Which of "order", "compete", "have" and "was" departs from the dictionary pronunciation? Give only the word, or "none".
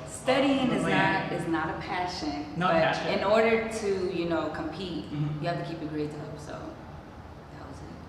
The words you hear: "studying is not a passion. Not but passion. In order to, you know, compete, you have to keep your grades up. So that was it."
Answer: have